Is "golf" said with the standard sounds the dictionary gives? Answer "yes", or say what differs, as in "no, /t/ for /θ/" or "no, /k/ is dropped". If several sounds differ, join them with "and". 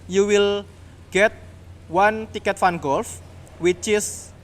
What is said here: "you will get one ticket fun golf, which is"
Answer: yes